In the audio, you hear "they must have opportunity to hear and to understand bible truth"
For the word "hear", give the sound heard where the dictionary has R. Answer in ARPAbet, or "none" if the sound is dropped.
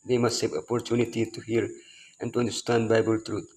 R